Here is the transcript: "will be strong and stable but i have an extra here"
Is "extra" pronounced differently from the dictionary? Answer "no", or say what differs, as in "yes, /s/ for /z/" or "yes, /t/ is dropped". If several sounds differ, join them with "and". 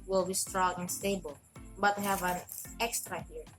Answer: no